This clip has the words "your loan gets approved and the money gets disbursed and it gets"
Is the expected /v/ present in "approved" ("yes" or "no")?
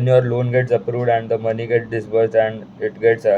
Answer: yes